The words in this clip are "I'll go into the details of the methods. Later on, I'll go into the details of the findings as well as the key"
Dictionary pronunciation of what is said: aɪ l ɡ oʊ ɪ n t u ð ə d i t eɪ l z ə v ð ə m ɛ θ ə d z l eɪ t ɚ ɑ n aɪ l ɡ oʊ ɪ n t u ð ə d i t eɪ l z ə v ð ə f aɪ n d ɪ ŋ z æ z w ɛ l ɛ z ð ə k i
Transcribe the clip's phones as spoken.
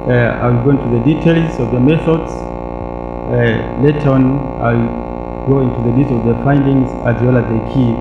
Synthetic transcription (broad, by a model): aɪ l ɡ oʊ ɪ n t u ð ə d i t eɪ l z ə v ð ə m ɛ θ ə d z l eɪ t ɚ ɑ n aɪ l ɡ oʊ ɪ n t u ð ə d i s ə v ð ə f aɪ n d ɪ ŋ z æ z w ɛ l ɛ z ð ə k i